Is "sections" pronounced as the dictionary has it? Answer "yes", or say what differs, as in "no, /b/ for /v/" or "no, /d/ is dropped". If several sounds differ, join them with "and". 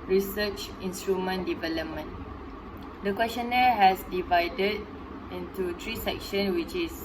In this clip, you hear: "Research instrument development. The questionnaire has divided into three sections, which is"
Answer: no, /z/ is dropped